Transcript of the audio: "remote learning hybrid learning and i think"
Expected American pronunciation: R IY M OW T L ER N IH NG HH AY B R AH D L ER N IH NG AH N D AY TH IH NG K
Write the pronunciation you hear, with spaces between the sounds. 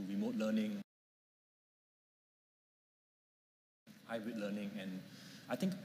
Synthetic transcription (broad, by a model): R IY M OW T L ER N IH NG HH AY R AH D L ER N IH NG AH N AY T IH NG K